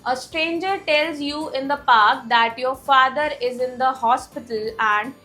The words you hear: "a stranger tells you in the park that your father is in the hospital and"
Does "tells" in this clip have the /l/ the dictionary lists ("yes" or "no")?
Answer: yes